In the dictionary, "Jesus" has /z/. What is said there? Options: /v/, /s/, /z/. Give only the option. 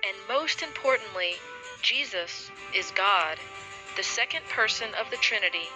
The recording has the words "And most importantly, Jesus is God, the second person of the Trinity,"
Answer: /z/